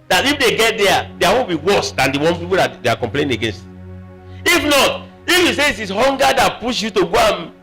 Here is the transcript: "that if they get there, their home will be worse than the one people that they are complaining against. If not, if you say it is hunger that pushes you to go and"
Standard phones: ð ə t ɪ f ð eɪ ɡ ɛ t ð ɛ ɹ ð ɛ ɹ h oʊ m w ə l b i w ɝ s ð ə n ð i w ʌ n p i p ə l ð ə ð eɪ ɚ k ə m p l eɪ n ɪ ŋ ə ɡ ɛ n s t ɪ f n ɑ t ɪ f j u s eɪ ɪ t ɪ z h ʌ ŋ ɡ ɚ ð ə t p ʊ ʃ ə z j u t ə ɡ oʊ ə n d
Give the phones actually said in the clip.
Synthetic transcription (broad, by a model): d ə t ɪ f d eɪ ɡ ɛ t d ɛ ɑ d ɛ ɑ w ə n b i w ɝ s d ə n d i w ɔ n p i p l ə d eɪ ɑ k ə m p l eɪ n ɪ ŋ ə ɡ ɛ n s t ɪ f n ɑ t ɪ f j u s eɪ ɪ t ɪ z h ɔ ŋ ɡ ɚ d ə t p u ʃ j u t ə ɡ oʊ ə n